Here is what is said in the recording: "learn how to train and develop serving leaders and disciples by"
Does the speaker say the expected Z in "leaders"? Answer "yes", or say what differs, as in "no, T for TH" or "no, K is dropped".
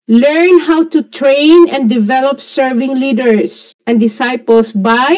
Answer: no, S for Z